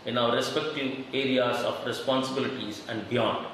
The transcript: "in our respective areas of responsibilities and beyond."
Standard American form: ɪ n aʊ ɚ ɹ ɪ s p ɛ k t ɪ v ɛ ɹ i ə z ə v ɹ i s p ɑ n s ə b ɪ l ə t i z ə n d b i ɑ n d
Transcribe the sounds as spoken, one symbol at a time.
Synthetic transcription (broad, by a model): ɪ n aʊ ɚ ɹ ɪ s p ɛ k t ɪ v ɛ ɹ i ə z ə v ɹ i s p ɑ n s ə b ɪ l ə t i z ə n d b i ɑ n d